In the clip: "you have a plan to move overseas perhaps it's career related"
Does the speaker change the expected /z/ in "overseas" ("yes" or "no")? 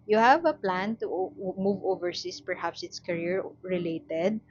yes